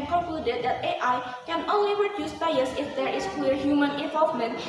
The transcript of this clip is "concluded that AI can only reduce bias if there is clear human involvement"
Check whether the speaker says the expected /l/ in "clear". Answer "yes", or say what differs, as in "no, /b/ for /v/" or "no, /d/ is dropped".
no, /w/ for /l/